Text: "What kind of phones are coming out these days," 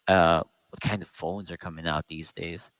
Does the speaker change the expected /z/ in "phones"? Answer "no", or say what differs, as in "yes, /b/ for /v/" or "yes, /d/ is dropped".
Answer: no